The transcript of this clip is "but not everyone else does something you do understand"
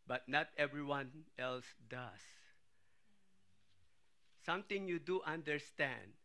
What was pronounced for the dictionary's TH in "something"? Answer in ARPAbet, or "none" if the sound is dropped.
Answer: T